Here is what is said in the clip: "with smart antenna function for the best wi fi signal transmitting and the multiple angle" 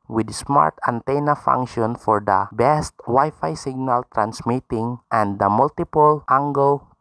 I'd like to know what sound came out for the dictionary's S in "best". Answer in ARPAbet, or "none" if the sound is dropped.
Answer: S